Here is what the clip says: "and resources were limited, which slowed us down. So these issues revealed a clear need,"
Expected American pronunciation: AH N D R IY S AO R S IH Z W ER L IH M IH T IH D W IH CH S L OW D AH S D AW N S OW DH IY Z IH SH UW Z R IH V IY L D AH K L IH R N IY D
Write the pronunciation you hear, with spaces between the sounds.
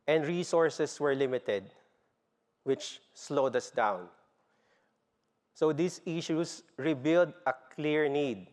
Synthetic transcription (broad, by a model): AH N D R IY S AO R S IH S W ER L IH M IH T IH D W IH CH S L OW D AH S D AW N S OW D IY S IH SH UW S R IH B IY L D AH K L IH R N IY D